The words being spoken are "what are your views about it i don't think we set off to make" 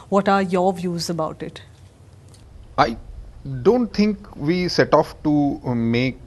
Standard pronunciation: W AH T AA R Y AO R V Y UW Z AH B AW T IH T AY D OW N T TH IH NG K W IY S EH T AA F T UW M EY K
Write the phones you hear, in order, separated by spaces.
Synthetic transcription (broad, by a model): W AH T AA R Y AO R V Y UW Z AH B AW T IH T AY D OW N T T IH NG K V IY S EH T AA F T UW M EY K